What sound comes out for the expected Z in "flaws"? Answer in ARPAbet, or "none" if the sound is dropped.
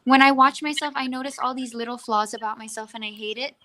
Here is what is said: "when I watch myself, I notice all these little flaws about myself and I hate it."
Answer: Z